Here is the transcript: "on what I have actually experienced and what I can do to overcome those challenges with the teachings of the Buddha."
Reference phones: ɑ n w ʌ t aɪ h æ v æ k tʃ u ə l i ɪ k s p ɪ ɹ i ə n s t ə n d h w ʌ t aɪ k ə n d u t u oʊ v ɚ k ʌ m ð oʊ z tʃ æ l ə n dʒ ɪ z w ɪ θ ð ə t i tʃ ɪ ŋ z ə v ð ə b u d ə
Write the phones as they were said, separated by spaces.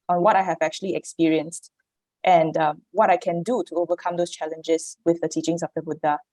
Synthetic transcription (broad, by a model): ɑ n w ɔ t aɪ h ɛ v æ k tʃ u ə l i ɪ k s p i ɹ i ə n s t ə n d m w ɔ t aɪ k ə n d u t u oʊ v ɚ k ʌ m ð oʊ s tʃ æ l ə n dʒ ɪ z w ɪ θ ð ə t i tʃ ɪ ŋ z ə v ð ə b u d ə